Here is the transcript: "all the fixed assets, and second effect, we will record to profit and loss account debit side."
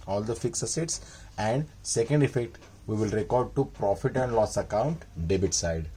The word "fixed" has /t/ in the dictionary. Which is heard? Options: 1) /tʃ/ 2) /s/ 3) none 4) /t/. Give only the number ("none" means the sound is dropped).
3